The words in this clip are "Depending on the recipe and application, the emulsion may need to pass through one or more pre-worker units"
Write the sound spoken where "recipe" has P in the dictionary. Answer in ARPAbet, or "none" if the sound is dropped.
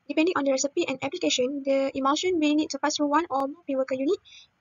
P